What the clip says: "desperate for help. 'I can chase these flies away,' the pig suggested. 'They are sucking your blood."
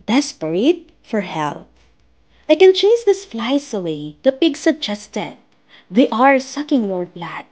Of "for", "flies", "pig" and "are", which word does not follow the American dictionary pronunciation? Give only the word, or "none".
flies